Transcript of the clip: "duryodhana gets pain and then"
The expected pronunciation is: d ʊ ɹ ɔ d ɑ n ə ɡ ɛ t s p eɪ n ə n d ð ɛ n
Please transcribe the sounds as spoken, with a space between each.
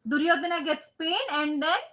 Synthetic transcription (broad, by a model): d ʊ ɹ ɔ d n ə ɡ ɛ t s p eɪ n ə n d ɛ n